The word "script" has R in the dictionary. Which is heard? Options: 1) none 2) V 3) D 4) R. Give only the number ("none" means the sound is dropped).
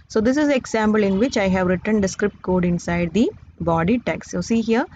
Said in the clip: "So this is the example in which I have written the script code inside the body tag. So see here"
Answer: 4